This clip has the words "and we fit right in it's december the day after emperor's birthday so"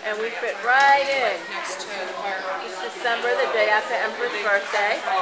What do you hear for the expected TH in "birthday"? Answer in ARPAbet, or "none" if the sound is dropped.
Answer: S